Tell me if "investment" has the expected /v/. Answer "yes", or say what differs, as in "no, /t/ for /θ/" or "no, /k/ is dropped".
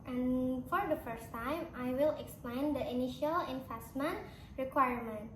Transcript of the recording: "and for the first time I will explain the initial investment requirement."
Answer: no, /f/ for /v/